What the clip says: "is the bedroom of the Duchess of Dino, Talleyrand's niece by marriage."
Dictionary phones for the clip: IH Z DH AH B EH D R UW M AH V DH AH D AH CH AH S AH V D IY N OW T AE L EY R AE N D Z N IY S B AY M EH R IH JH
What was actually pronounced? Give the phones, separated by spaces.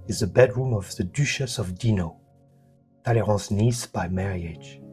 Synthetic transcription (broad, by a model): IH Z DH AH B EH D R UW M AH V DH AH D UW SH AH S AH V D IY N OW T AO L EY R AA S N IY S B AY M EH R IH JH